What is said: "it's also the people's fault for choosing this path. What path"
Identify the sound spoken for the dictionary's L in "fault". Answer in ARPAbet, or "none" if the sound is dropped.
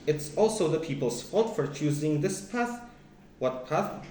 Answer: none